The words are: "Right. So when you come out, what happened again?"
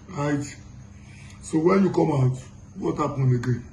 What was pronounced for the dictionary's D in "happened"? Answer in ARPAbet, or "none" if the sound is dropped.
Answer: none